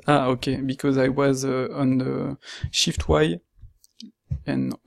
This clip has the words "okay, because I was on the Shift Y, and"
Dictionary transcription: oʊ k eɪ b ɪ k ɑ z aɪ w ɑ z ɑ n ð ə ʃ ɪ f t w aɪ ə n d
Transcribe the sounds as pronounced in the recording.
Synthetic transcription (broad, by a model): oʊ k eɪ b ɪ k ɑ z aɪ w ɑ z ɑ n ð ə ʃ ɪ f t w aɪ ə n